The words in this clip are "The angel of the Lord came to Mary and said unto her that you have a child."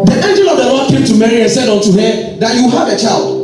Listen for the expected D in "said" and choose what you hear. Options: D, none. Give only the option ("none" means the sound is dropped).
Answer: D